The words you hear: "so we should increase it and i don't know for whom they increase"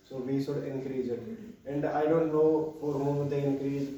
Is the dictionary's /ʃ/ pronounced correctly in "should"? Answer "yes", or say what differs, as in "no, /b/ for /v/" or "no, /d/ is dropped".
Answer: no, /s/ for /ʃ/